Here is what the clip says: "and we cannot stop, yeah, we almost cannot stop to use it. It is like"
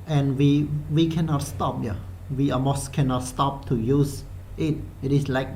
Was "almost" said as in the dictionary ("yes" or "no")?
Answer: no